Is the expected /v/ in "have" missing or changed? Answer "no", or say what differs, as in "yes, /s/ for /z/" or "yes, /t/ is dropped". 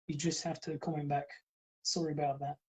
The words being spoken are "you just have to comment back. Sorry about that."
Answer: yes, /f/ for /v/